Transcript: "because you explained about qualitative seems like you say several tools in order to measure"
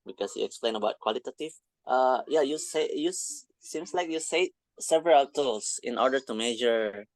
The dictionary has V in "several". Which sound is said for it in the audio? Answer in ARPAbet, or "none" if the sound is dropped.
V